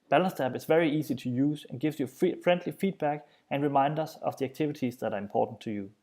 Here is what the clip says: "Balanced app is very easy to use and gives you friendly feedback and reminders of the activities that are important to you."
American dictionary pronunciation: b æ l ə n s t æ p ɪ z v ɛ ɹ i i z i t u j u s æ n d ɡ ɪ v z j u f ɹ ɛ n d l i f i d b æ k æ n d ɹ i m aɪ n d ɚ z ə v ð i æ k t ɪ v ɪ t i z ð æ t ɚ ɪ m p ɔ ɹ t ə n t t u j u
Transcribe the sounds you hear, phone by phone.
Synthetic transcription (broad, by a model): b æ l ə n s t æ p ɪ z v ɛ ɹ i i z i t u j u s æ n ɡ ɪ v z j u f ɹ ɛ n d l i f i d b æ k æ n ɹ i m aɪ n d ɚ s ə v ð i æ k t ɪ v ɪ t i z ð æ t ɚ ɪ m p ɔ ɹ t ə n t t u j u